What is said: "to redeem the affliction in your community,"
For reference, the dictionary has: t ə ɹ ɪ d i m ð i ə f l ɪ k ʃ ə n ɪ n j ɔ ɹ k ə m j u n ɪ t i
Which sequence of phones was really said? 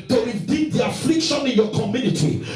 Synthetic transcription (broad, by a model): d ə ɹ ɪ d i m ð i ə f l ɪ k ʃ ə n ɪ n j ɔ k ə m j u n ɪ t i